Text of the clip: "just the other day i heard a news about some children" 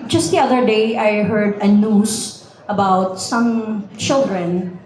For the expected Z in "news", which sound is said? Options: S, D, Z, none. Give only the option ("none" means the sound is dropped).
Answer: S